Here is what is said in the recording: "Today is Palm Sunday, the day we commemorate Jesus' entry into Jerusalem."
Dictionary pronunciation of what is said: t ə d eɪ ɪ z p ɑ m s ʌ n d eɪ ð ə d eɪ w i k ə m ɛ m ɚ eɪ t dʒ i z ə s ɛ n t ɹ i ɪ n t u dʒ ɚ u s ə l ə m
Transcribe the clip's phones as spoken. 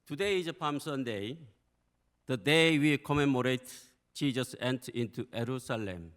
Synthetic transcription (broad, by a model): t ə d eɪ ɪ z p ɑ m s ʌ n d eɪ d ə d eɪ w i k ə m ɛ m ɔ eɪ t tʃ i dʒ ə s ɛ n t i n t u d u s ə l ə m